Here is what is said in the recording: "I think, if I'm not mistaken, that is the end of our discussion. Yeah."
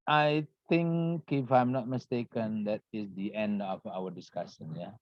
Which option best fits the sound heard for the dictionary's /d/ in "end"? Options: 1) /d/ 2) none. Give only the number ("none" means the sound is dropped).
1